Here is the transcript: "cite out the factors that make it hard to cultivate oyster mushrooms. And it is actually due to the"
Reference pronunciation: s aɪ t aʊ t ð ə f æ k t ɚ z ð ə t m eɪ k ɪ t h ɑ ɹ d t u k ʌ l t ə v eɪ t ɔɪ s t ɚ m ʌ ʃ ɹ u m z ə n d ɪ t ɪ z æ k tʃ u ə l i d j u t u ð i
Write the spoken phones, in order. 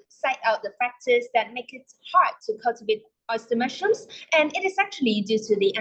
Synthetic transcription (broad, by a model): s aɪ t aʊ t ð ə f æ k t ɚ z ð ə t m eɪ k ɪ t h ɑ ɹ d t u k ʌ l t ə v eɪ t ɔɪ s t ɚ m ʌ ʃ u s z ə n ɪ t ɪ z æ k tʃ u ə l i d j u t u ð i